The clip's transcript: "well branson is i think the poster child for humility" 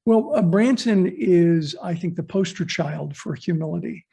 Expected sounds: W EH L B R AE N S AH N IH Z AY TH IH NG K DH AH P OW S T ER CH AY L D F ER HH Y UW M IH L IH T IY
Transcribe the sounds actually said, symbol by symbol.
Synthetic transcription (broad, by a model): W EH L B R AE N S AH N IH Z AY TH IH NG K DH AH P OW S T ER CH AY L D F ER HH Y UW M IH L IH T IY